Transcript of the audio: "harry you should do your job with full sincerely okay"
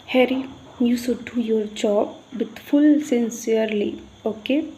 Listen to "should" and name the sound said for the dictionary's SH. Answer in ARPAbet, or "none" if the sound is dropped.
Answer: S